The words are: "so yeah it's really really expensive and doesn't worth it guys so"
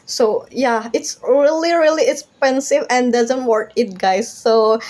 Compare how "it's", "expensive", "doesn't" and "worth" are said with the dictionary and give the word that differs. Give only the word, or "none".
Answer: worth